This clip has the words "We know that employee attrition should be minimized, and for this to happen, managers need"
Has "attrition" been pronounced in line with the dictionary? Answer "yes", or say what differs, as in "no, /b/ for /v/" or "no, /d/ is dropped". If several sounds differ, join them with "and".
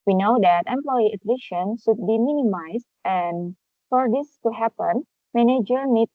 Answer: no, /l/ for /ɹ/